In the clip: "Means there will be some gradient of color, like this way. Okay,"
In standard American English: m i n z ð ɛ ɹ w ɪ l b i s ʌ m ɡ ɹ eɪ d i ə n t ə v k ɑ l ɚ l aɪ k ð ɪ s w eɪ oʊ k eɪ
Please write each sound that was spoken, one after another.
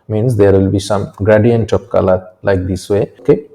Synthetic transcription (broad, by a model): m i n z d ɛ ɹ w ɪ l b i s ʌ m ɡ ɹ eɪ d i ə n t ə p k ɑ l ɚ l aɪ k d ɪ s w eɪ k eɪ